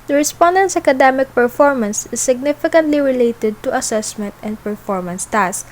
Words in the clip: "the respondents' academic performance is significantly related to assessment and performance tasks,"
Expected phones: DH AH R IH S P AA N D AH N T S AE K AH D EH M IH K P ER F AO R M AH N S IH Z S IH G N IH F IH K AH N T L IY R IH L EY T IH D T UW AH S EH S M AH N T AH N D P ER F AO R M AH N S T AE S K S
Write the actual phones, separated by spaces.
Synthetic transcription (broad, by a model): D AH R IH S P AA N D AH N T S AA K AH D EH M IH K P ER F AO R M AH N S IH S IH G N IH F IH K AH N T L IY R IH L EY T IH D T UW AH S EH S M AH N T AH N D P ER F AO R M AH N S T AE S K